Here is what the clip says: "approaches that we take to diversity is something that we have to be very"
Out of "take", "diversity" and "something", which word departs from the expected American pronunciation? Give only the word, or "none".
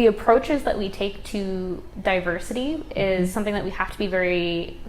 none